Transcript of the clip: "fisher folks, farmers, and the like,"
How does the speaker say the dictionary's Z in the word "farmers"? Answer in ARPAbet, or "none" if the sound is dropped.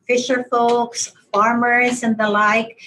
Z